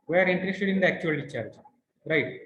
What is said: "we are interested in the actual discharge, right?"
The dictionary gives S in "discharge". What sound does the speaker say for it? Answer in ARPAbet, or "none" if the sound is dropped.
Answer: none